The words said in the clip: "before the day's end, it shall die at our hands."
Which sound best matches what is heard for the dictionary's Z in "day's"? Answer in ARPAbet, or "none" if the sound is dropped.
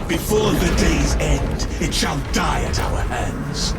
Z